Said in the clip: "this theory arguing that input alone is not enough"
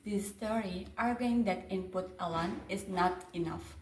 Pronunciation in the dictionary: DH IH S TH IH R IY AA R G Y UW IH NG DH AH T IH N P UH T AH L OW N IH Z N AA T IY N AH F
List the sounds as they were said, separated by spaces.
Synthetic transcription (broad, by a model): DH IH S T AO R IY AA R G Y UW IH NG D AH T IH N P UH T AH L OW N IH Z N AA T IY N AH F